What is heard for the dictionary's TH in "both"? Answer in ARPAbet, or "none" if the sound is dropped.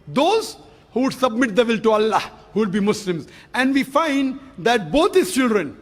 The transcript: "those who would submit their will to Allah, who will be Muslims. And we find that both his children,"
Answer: T